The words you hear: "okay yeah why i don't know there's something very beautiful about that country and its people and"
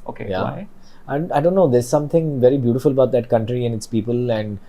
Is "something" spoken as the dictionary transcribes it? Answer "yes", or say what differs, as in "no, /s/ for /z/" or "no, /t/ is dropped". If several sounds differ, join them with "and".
no, /t/ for /θ/